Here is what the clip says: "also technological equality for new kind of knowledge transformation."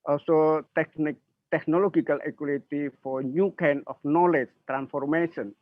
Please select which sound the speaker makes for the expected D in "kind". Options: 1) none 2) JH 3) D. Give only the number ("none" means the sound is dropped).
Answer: 1